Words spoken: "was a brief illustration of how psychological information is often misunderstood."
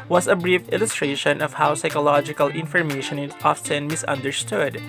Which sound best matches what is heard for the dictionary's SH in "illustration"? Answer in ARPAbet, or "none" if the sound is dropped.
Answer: SH